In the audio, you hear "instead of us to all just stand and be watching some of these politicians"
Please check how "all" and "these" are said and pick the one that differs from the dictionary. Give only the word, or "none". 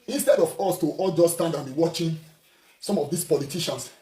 these